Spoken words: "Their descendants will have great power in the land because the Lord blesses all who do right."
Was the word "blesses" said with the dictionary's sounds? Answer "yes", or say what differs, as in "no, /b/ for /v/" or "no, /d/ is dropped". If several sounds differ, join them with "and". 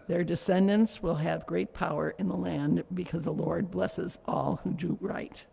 yes